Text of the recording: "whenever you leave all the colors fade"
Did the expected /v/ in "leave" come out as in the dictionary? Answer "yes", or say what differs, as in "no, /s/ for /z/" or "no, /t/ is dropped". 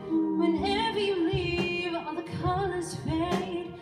yes